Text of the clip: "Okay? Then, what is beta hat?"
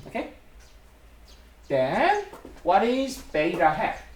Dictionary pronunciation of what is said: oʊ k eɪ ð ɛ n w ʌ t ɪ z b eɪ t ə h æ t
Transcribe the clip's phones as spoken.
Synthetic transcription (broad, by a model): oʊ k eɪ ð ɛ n w ʌ t ɪ z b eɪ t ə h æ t